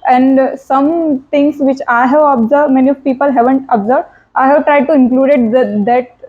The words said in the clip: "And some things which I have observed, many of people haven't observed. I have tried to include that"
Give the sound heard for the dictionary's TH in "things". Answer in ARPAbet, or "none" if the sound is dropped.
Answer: T